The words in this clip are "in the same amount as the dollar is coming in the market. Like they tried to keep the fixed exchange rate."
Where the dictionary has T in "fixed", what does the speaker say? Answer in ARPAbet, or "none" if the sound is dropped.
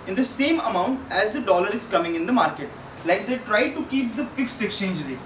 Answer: T